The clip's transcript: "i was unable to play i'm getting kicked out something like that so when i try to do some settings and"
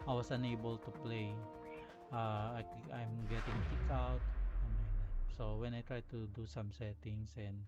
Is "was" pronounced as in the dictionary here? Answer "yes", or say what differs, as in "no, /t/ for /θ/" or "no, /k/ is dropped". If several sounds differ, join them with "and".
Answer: no, /s/ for /z/